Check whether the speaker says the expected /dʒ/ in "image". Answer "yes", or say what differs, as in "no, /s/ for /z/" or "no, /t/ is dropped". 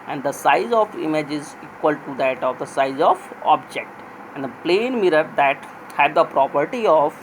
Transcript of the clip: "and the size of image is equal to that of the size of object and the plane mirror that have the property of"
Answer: yes